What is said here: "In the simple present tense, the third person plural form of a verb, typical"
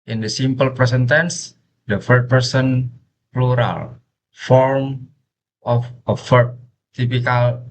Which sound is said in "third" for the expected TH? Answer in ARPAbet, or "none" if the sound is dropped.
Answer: F